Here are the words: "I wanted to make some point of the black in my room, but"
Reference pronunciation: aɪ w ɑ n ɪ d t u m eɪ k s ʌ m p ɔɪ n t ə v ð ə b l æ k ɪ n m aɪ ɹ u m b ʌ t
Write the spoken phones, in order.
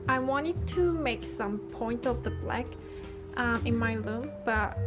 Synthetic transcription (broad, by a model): aɪ w ɑ n ɪ d t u m eɪ k s ʌ m p ɔɪ n t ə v ð ə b l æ k ɪ n m aɪ l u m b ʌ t